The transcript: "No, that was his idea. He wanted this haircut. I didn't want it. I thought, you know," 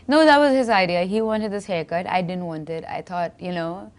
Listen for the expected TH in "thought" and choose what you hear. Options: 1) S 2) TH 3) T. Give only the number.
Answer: 3